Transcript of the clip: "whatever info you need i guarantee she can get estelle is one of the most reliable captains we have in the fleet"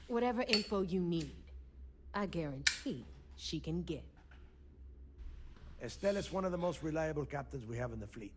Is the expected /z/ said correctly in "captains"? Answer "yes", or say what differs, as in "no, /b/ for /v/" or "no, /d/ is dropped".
yes